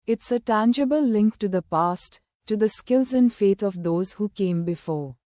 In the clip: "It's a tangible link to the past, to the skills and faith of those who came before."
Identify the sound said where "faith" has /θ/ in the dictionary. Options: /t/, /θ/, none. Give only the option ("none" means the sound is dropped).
/t/